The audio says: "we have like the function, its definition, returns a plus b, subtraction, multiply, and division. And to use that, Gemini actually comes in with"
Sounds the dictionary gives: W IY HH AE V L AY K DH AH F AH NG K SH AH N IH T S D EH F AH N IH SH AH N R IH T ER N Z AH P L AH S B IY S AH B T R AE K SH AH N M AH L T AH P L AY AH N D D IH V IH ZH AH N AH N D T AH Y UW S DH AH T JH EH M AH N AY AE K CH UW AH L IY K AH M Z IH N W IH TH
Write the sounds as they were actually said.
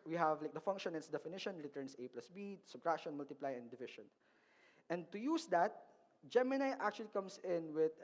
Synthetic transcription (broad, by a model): W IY HH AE V L AY K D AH F AH NG K SH AH N IH T S D EH F AH N IH SH AH N R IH T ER N S AH P L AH S B IY S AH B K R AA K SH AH N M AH L T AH P L AY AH N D D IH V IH SH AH N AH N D T AH Y UW S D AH T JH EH M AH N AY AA K CH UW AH L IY K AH M S IH N W IH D